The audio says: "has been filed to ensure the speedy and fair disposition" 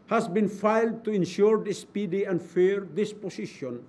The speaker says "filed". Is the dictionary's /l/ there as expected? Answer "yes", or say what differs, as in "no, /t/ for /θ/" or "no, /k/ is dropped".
yes